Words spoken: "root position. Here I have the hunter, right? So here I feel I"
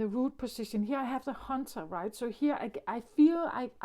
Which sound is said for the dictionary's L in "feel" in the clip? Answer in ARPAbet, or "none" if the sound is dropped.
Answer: L